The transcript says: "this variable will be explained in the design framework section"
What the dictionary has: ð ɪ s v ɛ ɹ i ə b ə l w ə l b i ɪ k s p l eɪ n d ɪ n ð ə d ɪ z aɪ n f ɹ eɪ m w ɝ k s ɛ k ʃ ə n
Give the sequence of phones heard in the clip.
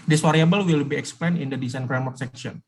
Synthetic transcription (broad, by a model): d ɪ s w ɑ ɹ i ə b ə l w ə l b i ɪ k s p l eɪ n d ɪ n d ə d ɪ s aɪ n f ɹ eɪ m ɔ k s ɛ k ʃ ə n